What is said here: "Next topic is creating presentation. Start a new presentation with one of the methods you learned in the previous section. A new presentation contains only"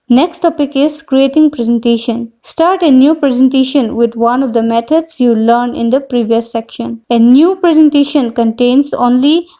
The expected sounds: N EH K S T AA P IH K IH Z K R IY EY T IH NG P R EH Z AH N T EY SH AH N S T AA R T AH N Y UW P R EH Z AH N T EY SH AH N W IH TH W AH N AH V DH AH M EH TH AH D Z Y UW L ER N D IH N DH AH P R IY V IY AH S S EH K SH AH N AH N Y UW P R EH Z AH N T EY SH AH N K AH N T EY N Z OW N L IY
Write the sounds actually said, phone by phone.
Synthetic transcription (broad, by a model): N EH K S T AA P IH K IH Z K R IY EY T IH NG P R EH Z AH N T EY SH AH N S T AA R T AH N Y UW P R EH Z AH N T EY SH AH N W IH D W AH N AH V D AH M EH T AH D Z Y UW L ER N IH N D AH P R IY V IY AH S S EH K SH AH N AH N Y UW P R EH Z AH N T EY SH AH N K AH N T EY N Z OW N L IY